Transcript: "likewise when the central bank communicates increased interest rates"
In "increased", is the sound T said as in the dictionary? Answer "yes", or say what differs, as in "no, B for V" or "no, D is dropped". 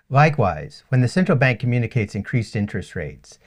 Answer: yes